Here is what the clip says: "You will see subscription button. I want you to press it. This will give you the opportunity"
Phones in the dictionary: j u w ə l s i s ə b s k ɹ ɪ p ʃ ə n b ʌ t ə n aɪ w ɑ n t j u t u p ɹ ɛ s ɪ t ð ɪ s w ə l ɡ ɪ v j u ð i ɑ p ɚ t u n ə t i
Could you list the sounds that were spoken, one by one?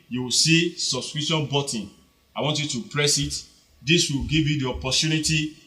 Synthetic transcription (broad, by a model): j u w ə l s i s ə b s k ɹ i ʃ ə n b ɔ t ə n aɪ w ɑ n t j u t u p ɹ ɛ s ɪ t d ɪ s w ə l ɡ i v j u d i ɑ p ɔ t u n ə t i